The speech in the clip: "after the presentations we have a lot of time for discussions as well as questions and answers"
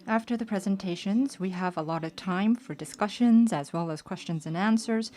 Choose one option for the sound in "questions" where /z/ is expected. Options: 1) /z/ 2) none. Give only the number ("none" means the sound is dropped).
1